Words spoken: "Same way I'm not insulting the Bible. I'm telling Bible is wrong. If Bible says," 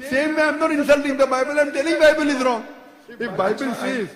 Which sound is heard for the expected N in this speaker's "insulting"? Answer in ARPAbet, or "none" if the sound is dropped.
N